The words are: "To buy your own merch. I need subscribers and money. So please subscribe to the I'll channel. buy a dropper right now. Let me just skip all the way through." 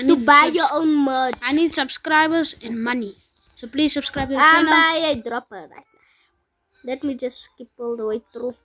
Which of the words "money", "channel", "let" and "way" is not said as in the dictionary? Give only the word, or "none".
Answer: channel